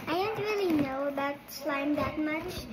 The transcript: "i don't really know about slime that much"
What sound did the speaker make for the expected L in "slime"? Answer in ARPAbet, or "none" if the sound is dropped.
L